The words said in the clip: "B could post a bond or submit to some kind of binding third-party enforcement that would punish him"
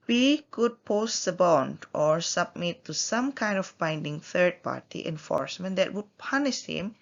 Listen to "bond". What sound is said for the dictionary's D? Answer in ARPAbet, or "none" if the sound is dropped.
D